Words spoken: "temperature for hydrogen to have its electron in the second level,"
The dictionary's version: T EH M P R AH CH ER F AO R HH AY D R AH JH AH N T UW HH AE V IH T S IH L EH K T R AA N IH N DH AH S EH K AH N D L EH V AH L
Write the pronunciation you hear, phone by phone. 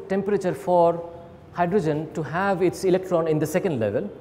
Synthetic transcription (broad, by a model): T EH M P R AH CH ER F AO R HH AY D R AH JH AH N T UW HH AE V IH T S IH L EH K T R AA N IH N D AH S EH K AH N D L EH V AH L